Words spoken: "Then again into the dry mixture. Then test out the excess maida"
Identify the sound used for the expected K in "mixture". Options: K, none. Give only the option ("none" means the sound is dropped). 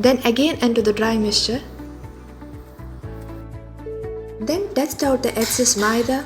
none